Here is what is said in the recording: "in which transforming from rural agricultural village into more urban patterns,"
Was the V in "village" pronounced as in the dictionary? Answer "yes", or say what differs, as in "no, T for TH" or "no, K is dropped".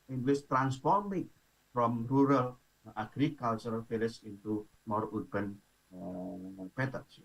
no, F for V